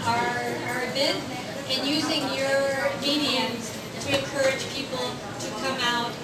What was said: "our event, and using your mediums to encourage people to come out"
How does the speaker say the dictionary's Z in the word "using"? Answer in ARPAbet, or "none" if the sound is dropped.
Z